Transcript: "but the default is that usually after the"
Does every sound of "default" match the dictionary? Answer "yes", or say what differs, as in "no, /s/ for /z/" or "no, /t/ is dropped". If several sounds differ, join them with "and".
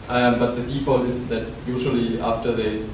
yes